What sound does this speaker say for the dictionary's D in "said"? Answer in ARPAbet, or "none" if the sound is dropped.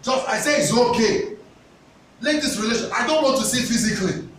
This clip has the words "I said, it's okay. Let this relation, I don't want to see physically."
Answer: none